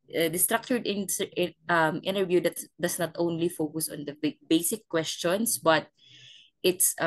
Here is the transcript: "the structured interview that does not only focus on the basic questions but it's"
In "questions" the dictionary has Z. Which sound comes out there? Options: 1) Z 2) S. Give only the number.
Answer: 2